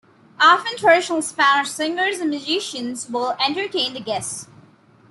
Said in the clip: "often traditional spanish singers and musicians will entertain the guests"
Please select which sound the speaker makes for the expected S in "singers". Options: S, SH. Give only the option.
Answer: S